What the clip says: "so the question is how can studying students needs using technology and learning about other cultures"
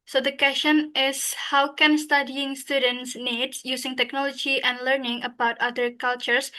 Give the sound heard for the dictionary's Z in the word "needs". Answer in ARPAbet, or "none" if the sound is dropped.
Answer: none